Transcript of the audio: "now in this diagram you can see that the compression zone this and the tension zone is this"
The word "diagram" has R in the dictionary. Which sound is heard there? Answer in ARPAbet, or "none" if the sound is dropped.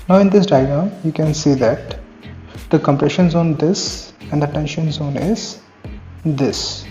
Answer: none